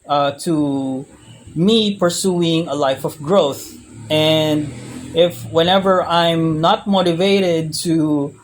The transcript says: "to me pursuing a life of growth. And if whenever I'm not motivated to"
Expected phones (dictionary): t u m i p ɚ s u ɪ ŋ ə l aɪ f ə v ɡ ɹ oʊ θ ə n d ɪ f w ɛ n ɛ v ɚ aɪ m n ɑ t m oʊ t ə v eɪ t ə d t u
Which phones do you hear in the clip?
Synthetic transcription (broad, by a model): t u m i p ɚ s u ɪ ŋ ə l aɪ f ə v ɡ ɹ oʊ θ ə n d ɪ f w ɛ n ɛ v ɚ aɪ m n ɑ t m oʊ t ə v eɪ t ə d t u